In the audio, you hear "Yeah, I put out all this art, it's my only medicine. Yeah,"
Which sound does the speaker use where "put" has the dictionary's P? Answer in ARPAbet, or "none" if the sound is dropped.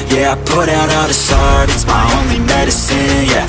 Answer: P